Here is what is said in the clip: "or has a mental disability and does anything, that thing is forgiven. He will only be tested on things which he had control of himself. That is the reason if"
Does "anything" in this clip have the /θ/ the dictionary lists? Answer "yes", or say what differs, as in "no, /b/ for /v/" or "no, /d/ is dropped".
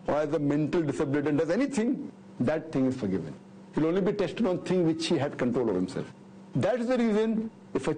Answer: no, /t/ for /θ/